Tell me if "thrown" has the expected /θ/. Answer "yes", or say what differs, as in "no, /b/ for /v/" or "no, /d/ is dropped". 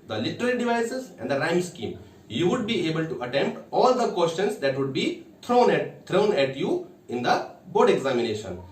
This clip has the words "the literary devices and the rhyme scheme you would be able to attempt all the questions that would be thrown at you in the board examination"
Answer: no, /t/ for /θ/